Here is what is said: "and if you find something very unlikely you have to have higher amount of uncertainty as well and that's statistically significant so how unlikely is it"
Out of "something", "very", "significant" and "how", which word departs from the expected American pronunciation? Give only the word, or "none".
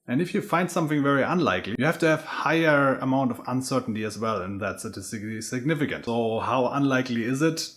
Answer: none